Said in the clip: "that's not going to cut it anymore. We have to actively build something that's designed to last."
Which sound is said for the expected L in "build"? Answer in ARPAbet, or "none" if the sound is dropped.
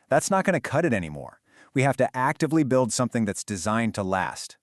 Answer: L